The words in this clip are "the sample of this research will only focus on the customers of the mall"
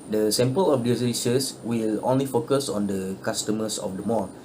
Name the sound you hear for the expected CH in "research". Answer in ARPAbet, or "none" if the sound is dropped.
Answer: S